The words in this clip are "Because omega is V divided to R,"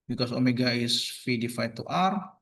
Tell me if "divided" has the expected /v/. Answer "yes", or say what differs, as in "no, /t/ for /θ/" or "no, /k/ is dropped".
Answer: no, /f/ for /v/